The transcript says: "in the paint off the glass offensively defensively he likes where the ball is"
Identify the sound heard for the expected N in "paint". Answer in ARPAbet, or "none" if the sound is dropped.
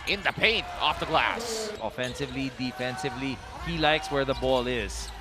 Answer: N